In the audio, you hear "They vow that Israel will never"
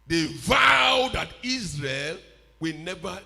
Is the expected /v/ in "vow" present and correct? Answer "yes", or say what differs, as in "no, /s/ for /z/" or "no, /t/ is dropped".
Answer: yes